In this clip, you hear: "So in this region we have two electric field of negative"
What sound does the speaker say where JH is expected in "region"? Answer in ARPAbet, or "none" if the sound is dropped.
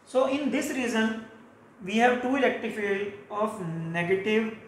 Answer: Z